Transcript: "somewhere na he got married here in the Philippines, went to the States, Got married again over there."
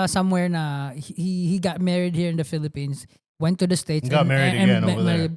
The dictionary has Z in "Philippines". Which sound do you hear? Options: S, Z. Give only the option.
S